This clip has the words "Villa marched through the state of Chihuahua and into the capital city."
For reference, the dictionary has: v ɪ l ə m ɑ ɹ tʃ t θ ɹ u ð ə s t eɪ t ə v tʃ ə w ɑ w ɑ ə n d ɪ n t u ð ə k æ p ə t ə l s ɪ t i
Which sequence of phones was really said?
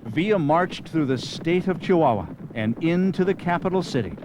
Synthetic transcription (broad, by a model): v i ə m ɑ ɹ tʃ θ ɹ u ð ə s t eɪ t ə v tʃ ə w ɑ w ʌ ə n ɪ n t u ð ə k æ p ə t l s ɪ t i